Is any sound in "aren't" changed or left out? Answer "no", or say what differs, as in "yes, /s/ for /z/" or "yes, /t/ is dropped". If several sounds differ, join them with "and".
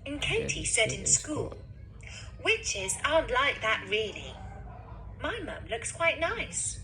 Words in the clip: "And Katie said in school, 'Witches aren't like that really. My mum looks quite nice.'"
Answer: yes, /ɹ/ is dropped